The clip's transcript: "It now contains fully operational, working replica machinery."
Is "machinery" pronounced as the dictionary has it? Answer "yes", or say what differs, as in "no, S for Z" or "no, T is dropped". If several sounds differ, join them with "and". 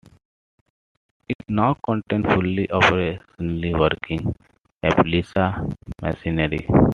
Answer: no, S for SH